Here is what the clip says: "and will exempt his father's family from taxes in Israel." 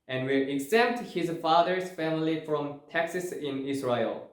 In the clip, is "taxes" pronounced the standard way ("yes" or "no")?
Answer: no